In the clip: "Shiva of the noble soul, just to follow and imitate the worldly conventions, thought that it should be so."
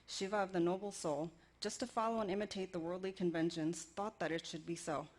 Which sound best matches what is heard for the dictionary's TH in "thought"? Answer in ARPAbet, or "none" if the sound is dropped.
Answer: TH